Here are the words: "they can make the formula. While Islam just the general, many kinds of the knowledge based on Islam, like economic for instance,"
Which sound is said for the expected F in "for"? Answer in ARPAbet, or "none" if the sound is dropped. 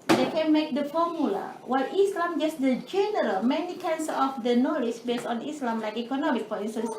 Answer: P